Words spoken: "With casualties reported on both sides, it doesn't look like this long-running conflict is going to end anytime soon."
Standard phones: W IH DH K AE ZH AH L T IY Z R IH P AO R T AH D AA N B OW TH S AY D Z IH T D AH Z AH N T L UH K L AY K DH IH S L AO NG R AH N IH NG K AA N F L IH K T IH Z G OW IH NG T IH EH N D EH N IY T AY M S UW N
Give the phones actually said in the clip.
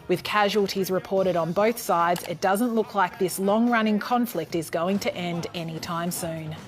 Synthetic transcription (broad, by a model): W IH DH K AE ZH AH L T IY Z R IH P AO R T AH D N B OW TH S AY D Z IH T D AH Z AH N T L UH K L AY K DH IH S L AO NG R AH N IH NG K AA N F L IH K T IH Z G OW IH NG T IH EH N D EH N IY T AY M S UW N